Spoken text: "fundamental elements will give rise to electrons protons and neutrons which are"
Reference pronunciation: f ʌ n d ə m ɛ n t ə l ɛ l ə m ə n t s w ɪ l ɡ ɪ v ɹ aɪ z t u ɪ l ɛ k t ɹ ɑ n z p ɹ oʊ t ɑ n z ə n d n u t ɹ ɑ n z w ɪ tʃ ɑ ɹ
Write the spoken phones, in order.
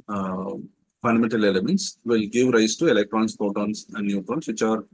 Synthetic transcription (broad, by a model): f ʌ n d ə m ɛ n t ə l ɛ l ə m ə n t s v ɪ l ɡ ɪ v ɹ aɪ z t u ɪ l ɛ k t ɹ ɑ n s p oʊ t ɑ n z ə n d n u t ɹ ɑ n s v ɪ tʃ ɑ ɹ